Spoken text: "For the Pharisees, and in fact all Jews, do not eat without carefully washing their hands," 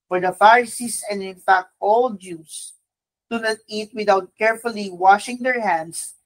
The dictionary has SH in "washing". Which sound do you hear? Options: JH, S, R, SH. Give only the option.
SH